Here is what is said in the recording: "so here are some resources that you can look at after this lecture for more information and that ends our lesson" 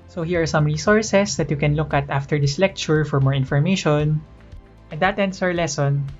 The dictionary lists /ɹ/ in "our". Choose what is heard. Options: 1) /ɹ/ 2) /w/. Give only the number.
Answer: 2